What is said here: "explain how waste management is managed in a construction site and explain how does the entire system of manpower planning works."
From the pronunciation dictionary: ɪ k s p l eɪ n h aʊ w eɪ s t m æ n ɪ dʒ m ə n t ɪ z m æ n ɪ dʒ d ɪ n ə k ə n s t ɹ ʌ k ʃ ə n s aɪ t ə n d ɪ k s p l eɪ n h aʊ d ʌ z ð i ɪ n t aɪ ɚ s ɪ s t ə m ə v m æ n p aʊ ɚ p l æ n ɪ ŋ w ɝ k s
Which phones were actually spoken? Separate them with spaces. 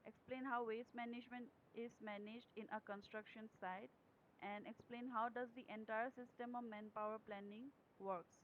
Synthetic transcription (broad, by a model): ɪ k s p l eɪ n h aʊ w eɪ s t m æ n ɪ dʒ m ə n t ɪ z m æ n ɪ dʒ d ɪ n ə k ə n s t ɹ ʌ k ʃ ə n s aɪ t ə n d ɪ k s p l eɪ n h aʊ d ʌ z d i ɪ n t aɪ ɚ s ɪ s t ə m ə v m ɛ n p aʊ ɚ p l æ n ɪ ŋ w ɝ k s